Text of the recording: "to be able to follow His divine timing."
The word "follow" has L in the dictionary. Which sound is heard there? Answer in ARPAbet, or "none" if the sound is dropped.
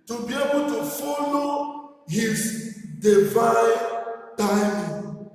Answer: L